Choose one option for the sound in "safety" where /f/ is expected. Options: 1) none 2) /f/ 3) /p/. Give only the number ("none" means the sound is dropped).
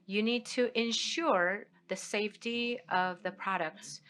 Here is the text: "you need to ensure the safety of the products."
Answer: 2